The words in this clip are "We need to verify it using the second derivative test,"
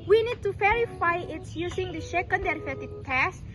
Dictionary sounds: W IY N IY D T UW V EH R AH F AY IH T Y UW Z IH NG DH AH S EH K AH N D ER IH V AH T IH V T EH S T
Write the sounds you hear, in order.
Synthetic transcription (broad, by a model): W IY N IY D T UW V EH R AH F AY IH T Y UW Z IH NG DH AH SH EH K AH N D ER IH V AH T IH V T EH S